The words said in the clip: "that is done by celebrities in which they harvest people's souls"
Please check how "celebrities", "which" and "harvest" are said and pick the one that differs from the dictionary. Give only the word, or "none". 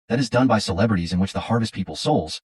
none